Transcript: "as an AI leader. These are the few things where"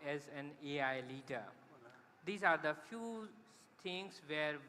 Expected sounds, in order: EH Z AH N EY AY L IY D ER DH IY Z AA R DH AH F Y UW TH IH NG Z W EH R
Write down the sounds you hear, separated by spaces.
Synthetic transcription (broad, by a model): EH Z AH N EY AY L IY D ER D IY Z AA R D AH F Y UW T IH NG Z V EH R